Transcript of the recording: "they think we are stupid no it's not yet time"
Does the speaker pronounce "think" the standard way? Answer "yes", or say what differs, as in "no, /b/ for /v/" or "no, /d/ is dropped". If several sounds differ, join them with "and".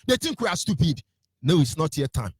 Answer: no, /t/ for /θ/